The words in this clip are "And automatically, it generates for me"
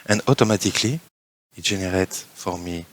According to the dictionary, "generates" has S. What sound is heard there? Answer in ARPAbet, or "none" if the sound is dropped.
none